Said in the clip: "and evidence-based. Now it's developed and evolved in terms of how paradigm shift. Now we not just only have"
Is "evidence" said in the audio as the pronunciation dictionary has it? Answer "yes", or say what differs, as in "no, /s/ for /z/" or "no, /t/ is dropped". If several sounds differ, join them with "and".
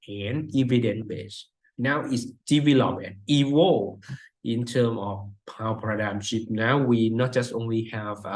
no, /s/ is dropped